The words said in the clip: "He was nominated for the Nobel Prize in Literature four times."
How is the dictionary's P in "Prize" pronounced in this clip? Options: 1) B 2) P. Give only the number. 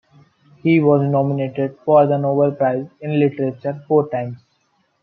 2